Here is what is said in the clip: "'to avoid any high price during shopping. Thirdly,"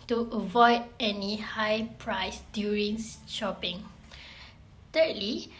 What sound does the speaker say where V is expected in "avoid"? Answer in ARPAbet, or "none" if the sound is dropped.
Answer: V